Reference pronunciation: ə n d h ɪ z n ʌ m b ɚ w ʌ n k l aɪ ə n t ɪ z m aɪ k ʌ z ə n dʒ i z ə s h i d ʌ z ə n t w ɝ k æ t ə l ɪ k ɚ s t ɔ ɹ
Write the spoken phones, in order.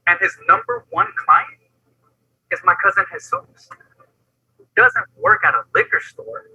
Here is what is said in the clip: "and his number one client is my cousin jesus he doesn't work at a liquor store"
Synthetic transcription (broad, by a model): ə n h ɪ z n ʌ m b ɚ w ʌ n k l aɪ ə n t ɪ z m aɪ k ʌ z ə n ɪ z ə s h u d ʌ z ə n t w ɝ k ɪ t ə l ɪ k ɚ s t ɔ ɹ